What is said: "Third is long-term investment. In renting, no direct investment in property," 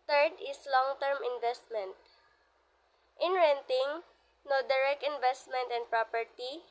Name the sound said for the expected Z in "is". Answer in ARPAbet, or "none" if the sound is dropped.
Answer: S